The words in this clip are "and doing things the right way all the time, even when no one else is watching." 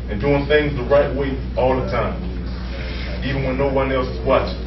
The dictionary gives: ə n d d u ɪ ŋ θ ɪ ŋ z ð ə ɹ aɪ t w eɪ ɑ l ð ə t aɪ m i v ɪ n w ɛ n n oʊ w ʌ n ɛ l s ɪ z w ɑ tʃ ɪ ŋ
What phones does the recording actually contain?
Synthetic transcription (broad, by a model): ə n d d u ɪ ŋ θ ɪ ŋ z ð ə ɹ aɪ t w eɪ ɑ l ð ə t aɪ m i v ɪ n w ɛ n n oʊ w ʌ n ɛ l s w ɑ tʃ